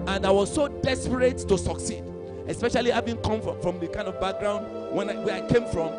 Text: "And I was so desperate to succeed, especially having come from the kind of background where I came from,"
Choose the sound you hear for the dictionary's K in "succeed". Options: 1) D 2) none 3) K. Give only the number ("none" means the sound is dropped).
3